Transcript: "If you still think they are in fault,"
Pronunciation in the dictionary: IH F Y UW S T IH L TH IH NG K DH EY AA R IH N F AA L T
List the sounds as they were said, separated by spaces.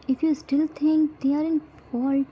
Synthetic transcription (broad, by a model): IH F Y UW S T IH L T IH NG K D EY AA R IH N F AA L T